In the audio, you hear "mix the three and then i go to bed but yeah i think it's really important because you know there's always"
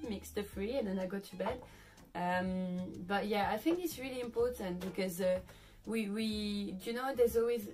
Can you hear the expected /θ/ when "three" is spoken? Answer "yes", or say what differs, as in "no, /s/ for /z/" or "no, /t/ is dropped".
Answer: no, /f/ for /θ/